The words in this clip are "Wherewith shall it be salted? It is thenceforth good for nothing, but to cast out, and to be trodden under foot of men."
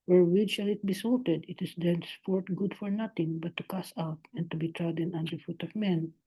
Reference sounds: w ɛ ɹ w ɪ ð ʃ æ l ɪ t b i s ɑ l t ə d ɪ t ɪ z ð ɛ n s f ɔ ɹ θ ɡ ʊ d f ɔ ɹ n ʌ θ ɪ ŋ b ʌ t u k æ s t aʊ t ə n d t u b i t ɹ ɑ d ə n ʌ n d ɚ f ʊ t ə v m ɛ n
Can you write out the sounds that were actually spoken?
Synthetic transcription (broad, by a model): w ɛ ɹ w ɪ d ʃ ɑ l ɪ t b i s ɑ l t ə d ɪ t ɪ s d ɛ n s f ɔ ɹ t ɡ ʊ d f ɔ ɹ n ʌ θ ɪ ŋ b ʌ t u k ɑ s aʊ t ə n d t u b i t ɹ ɑ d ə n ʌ n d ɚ f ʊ t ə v m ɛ n